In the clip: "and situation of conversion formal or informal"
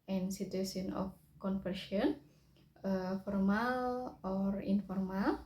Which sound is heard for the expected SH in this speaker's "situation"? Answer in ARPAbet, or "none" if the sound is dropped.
S